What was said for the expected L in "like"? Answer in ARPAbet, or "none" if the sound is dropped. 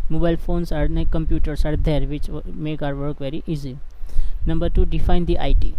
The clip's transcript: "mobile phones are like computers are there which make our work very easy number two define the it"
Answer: N